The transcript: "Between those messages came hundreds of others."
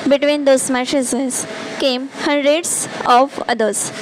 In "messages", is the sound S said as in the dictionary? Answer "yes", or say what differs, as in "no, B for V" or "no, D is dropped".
no, SH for S